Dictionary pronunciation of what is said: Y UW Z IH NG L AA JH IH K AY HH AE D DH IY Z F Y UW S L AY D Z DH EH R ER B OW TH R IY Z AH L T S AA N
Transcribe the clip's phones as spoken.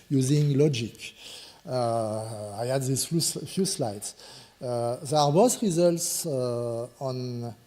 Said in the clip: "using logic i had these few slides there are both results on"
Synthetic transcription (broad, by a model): Y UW Z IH NG L AA JH IH K AY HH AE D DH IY S F Y UW S L AY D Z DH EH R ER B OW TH R IY Z AH L T S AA N